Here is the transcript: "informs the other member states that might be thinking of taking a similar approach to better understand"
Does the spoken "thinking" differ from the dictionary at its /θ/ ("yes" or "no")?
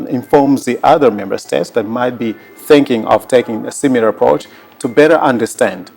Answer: no